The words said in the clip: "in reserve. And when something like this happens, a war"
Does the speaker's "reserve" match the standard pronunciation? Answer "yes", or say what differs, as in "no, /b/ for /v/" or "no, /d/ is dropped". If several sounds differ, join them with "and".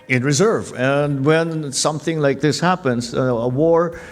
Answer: yes